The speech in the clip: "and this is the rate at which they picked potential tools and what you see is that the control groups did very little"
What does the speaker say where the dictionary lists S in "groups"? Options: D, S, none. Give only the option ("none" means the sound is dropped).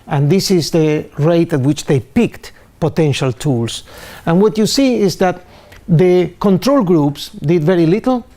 S